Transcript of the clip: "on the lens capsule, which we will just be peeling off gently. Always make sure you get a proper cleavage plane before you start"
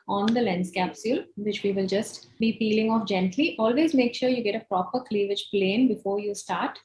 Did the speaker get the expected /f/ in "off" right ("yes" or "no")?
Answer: yes